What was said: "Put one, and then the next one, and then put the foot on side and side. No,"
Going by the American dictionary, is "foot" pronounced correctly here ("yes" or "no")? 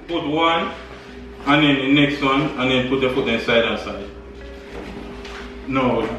no